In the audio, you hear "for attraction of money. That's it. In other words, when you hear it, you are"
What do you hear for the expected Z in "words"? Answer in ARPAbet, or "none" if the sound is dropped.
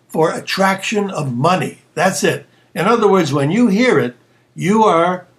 Z